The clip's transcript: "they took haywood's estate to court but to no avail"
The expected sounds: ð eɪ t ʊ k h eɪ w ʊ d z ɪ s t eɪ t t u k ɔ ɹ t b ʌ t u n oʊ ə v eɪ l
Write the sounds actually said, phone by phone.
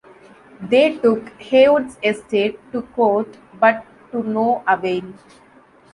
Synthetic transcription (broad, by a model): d eɪ t ʊ k h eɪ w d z ɪ s t eɪ t t u k ɔ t b ʌ t u n oʊ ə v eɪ n